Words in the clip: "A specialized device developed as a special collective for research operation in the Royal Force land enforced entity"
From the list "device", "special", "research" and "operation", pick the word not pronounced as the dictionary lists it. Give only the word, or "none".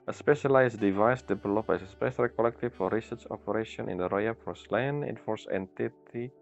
none